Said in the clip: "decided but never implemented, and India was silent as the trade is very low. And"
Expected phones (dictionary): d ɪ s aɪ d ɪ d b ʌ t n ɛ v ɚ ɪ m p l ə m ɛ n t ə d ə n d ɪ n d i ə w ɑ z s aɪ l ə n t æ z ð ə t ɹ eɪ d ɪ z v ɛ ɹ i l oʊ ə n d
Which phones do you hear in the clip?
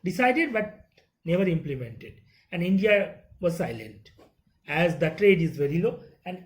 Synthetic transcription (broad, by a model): d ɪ s aɪ d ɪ d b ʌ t n ɛ v ɚ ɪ m p l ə m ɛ n t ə d ə n d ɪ n d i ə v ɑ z s aɪ l ə n t æ z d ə t ɹ eɪ d ɪ z v ɛ ɹ i l oʊ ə n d